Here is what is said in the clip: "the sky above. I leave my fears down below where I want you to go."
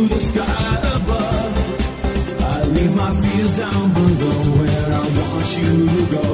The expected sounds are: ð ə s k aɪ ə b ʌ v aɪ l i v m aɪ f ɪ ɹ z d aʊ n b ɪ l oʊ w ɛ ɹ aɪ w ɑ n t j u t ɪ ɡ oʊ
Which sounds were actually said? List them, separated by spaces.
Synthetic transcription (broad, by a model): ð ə s k aɪ ə b ʌ v aɪ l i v m aɪ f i l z d aʊ n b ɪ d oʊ w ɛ ɹ aɪ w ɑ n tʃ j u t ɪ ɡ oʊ